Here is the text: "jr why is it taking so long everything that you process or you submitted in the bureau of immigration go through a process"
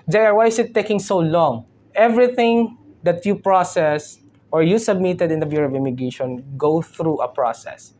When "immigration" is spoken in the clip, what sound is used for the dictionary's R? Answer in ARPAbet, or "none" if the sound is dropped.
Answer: none